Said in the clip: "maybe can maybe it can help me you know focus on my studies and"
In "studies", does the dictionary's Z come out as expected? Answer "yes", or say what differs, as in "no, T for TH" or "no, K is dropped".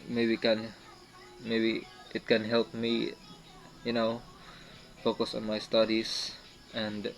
no, S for Z